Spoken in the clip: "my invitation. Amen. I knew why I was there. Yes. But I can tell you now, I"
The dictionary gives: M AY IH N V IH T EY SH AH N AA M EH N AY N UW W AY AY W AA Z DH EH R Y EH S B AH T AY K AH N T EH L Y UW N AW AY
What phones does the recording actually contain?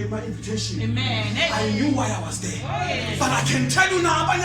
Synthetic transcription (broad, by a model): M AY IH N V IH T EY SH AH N AA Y N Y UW W AY AY W AA Z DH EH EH B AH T AY K AH N T EH L Y UW N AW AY